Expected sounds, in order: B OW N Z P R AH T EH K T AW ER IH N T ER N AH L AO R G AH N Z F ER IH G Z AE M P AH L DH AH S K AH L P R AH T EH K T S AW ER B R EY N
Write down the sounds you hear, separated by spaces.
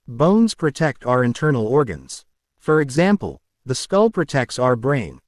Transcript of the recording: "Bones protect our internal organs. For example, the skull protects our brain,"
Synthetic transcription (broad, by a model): B OW N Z P R AH T EH K T AW ER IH N T ER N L AO R G AH N Z F ER IH G Z AE M P AH L DH AH S K AH L P R AH T EH K T S AW ER B R EY N